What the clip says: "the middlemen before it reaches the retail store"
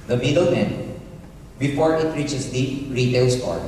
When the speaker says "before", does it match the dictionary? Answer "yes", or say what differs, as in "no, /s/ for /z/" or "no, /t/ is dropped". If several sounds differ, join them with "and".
no, /p/ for /f/